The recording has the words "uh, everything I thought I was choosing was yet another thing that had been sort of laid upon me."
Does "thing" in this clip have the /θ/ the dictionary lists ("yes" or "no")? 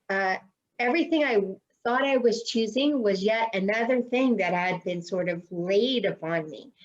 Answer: yes